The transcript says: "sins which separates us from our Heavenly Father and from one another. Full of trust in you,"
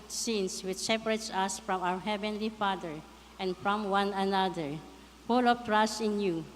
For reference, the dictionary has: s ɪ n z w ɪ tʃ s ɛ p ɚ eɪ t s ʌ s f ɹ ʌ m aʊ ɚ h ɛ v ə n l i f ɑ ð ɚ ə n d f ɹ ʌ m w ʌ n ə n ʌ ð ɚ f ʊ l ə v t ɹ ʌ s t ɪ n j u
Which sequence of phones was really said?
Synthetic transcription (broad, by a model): s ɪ n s w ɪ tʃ s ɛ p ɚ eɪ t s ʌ s f ɹ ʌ m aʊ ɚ h ɛ v ə n l i f ɑ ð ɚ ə n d f ɹ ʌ m w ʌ n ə n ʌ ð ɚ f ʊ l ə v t ɹ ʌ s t ɪ n j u